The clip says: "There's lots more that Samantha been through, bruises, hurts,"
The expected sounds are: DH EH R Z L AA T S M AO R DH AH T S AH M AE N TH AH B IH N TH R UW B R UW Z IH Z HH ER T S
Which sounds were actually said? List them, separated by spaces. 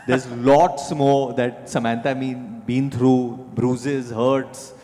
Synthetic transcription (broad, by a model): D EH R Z L AA T S M AO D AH T S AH M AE N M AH B IH N T R UW B R UW Z IH Z HH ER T S